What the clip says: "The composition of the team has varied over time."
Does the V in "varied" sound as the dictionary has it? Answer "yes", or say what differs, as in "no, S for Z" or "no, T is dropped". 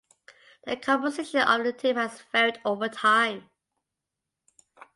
no, F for V